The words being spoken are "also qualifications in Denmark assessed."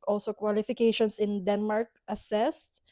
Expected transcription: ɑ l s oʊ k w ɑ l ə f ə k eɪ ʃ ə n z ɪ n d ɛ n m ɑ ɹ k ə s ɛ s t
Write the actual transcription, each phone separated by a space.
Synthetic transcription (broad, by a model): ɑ l s oʊ k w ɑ l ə f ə k eɪ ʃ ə n s ɪ n d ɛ n m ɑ ɹ k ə s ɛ s t